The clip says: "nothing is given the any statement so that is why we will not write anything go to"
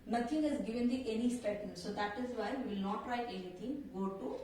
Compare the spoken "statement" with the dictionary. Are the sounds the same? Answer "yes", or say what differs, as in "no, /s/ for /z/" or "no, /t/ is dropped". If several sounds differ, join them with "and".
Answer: no, /m/ is dropped